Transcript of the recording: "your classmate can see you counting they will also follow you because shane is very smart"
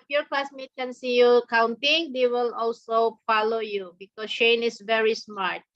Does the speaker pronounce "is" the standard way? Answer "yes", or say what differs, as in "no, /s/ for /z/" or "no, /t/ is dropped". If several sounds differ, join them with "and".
no, /s/ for /z/